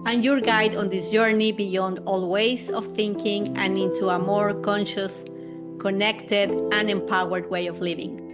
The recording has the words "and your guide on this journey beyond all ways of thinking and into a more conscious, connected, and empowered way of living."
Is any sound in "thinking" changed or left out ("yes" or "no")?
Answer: no